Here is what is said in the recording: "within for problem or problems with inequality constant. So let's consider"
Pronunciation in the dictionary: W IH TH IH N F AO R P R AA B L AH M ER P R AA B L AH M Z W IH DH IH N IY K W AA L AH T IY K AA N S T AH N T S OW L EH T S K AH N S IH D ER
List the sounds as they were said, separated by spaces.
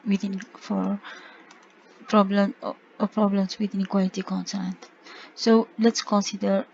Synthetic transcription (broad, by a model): W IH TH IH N F AO R P R AA B L AH M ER P R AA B L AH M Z W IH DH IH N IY K W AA L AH T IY K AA N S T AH N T S OW L EH T S K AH N S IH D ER